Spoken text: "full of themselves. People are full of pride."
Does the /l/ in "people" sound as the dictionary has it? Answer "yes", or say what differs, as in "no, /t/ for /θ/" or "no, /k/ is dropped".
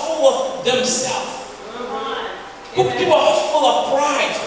no, /w/ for /l/